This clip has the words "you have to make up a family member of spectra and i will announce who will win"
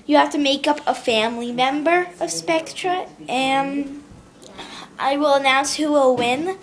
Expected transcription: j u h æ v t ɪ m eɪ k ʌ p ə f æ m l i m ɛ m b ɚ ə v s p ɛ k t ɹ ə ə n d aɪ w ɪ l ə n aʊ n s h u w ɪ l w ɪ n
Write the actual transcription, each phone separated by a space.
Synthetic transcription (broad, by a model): j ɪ h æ f t ɪ m eɪ k ʌ p ə f æ m l i m ɛ m b ɚ ə v s p ɛ k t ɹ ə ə n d aɪ w ɪ l ə n aʊ n s h u w ɪ l w ɪ n